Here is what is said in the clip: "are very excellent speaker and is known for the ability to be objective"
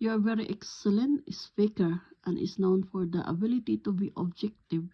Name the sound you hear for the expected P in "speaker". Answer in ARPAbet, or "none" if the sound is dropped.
F